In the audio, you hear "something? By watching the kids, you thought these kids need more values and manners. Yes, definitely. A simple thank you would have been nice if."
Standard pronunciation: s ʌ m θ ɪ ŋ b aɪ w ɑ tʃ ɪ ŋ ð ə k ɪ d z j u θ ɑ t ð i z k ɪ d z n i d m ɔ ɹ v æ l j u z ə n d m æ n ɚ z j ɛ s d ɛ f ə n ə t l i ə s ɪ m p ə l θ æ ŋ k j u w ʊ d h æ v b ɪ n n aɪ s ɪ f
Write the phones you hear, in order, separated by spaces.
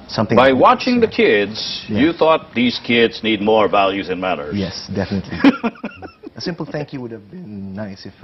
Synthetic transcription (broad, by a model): s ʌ m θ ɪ b aɪ w ɑ tʃ ɪ ŋ ð ə k ɪ d z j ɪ θ ɑ t ð i z k ɪ d z n i d m ɔ ɹ v æ l j u z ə n m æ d ɚ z j ɛ s d ɛ f ə n ə t l i ə s ɪ m p l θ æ ŋ k j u w ʊ d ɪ v b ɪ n n aɪ s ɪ f